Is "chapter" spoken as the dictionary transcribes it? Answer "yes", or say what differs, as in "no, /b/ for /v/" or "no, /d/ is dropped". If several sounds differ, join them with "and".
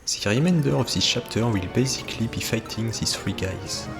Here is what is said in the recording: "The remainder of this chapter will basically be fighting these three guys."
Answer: no, /ʃ/ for /tʃ/